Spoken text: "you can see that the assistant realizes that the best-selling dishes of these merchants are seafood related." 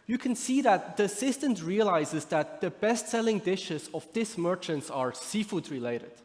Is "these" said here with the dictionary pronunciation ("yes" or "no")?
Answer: no